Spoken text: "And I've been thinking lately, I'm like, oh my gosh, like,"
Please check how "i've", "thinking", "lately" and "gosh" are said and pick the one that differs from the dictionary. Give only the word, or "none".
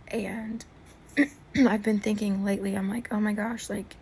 none